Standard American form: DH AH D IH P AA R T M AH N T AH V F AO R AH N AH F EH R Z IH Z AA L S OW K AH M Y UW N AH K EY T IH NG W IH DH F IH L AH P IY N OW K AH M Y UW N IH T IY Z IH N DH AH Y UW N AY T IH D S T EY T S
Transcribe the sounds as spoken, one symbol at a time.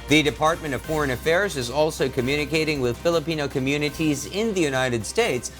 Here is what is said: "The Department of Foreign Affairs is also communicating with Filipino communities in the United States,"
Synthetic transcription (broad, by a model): DH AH D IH P AA R T M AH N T AH V F AO R AH N AH F EH R Z IH Z AA L S OW K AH M Y UW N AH K EY T IH NG W IH DH F IH L AH P IY N OW K AH M Y UW N IH T IY Z IH N DH AH Y UW N AY T IH D S T EY T S